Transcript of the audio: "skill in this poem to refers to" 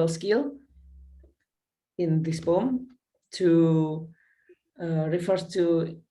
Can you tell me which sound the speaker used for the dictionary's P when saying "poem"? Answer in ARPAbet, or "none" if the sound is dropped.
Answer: B